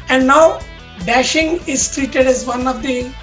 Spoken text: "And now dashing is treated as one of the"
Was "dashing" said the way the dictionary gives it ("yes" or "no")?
yes